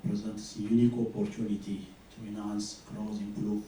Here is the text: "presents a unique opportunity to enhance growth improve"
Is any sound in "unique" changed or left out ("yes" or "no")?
yes